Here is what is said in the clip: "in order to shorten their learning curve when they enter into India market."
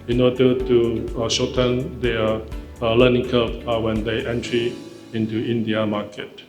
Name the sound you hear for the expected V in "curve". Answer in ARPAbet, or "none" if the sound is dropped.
P